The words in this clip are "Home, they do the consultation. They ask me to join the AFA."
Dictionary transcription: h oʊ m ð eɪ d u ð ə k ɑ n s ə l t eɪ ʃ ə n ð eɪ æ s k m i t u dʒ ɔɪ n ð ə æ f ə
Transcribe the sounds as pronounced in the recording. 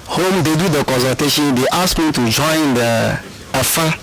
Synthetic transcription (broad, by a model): h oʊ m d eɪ d u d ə k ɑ n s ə t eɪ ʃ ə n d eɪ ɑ s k m i t u dʒ ɔɪ n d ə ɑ f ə